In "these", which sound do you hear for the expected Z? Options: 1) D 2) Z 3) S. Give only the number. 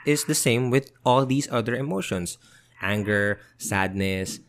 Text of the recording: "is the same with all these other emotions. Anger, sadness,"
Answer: 3